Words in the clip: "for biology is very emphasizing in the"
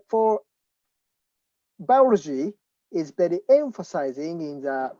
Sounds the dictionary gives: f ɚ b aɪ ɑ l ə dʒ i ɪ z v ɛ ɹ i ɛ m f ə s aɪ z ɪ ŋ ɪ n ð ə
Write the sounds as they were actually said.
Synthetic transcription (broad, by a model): f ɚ b aɪ ɑ l ə dʒ i ɪ z b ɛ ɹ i ɛ m f ə s aɪ z ɪ ŋ ɪ n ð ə